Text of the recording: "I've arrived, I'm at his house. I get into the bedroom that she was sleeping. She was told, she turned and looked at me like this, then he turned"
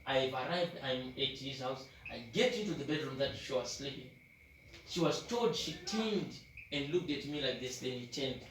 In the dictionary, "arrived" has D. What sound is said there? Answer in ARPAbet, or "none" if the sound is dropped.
D